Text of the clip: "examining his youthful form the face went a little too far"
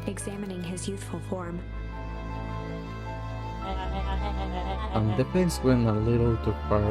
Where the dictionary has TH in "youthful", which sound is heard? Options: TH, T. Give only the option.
TH